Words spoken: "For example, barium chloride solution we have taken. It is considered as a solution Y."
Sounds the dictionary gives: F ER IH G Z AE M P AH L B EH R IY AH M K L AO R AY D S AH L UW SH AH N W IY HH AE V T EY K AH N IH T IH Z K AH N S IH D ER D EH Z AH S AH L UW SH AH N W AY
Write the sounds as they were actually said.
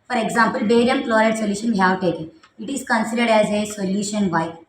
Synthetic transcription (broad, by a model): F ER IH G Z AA M P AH L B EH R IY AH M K L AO R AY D S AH L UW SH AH N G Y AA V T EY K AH IH T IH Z K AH N S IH D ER D EH Z AH S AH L UW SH AH N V AY